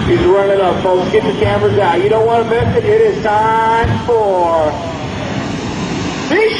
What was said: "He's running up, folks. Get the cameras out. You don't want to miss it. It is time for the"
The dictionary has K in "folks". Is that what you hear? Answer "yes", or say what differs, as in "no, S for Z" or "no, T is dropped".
no, K is dropped